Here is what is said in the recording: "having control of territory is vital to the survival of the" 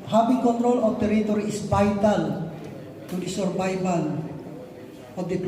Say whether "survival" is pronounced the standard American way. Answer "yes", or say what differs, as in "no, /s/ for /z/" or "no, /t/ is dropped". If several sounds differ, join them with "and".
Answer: no, /n/ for /l/